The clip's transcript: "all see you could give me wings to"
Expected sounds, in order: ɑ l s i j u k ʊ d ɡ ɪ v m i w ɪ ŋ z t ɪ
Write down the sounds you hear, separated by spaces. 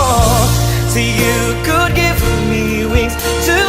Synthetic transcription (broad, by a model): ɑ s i j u k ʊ d ɡ ɪ v m i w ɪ z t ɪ